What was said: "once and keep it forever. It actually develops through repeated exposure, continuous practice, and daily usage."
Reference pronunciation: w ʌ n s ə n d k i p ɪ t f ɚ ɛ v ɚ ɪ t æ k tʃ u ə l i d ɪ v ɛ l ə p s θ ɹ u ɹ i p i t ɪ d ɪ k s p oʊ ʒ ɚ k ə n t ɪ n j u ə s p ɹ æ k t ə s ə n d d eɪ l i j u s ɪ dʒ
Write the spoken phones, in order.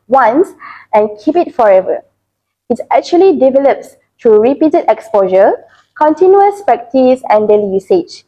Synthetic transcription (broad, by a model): w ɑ n s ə n k i p ɪ t f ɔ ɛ v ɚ ɪ t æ k tʃ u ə l i d ɪ v ɛ l ə p s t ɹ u ɹ i p i t ɪ d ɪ k s p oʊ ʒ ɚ k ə n t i n j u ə s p ɛ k t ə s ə n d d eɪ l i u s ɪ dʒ